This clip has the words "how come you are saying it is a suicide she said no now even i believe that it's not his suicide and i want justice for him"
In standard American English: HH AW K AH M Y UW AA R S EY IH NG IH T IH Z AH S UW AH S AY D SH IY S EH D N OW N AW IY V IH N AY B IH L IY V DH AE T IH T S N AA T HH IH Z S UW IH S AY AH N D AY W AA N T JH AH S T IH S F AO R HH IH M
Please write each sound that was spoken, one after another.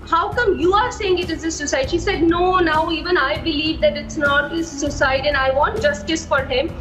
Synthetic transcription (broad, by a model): HH AW K AH M Y UW AA R S EY IH NG IH T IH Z AH S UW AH S AY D SH IY S EH D N OW N AW IY V IH N AY B IH L IY V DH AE T IH T S N AA T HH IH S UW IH S AY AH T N AY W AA N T JH AH S T IH S F AO R HH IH M